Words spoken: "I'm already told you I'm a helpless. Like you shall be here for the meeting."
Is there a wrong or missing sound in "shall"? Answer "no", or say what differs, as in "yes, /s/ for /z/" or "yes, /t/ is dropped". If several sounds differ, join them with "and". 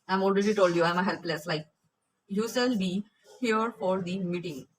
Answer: yes, /s/ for /ʃ/